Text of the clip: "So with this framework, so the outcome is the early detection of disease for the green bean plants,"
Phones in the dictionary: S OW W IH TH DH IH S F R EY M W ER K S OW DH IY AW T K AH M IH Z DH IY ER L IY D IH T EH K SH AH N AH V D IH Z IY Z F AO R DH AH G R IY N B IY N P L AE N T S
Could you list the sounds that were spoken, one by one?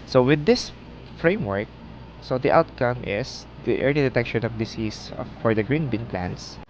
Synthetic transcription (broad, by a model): S OW W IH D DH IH S F R EY M W ER K S OW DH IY AW T K AH M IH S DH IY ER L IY D IH T EH K SH AH N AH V D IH S IY S F AO R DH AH G R IY N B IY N P L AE N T S